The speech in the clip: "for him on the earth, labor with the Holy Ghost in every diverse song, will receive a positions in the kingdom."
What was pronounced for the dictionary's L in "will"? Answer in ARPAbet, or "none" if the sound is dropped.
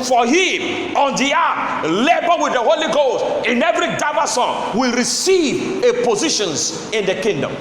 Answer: L